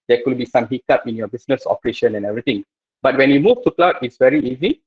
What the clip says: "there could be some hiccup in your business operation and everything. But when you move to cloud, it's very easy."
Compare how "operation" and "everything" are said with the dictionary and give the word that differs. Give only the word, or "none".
everything